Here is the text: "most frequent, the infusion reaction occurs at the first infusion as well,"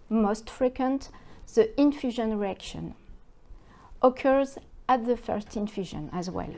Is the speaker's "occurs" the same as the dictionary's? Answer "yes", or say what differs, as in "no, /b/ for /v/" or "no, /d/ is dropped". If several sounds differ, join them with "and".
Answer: yes